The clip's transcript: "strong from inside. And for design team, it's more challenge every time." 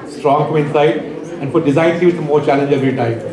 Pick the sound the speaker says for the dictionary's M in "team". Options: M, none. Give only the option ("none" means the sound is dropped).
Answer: none